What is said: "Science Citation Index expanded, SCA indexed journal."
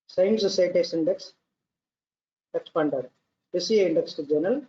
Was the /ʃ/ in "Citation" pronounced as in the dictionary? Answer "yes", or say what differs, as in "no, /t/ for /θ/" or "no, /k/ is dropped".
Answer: no, /ʃ/ is dropped